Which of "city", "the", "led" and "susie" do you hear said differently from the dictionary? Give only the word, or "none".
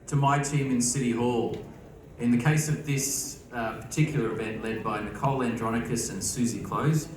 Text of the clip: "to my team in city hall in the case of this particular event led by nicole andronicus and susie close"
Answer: none